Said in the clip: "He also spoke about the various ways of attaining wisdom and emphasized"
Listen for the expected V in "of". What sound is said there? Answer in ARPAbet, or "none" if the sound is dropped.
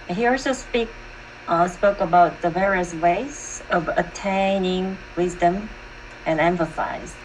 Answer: V